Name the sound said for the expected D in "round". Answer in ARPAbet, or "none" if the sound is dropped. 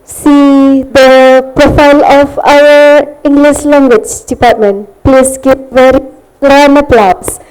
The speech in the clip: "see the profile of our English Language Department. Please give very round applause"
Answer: none